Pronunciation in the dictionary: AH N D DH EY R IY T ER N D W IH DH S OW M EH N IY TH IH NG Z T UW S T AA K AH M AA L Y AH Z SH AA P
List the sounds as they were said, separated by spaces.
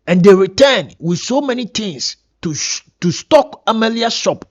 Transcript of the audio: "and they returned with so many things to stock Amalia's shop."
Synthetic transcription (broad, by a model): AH N D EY R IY T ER N W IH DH S OW M EH N IY T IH NG S T UW S T AA K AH M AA L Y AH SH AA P